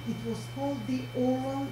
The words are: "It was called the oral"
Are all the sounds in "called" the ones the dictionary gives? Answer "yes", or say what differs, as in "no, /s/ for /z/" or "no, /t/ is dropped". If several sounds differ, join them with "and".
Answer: yes